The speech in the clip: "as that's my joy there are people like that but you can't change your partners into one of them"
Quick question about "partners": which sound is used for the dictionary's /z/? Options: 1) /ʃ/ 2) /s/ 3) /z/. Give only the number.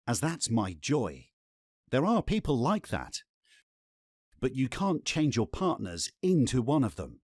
3